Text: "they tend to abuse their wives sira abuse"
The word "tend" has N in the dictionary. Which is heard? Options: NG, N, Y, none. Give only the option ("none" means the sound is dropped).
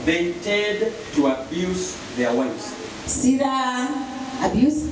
none